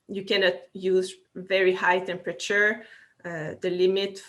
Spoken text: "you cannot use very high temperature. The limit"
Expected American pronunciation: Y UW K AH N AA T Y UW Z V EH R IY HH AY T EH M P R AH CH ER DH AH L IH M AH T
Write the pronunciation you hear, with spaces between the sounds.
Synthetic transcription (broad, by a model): Y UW K AH N AA T Y UW Z V EH R IY HH AY T EH M P R AH CH ER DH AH L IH M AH T